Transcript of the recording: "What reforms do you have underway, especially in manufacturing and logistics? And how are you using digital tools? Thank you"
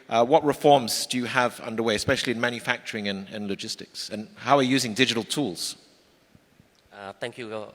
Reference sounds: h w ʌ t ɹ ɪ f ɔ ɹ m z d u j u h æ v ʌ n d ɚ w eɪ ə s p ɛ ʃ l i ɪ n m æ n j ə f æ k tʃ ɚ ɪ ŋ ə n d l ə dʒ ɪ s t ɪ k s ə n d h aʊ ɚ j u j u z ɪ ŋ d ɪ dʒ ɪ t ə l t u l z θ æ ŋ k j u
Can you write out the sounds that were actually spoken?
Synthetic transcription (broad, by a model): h w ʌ t ɹ ɪ f ɔ ɹ m z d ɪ j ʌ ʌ v ʌ n d ɚ w eɪ ə s p ɛ ʃ l i ɪ n m æ n j ə f æ k tʃ ɚ ɪ ŋ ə n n l ə dʒ ɪ s t ɪ k s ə n h aʊ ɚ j j u z ɪ ŋ d ɪ dʒ ɪ t ə l t u l z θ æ ŋ k j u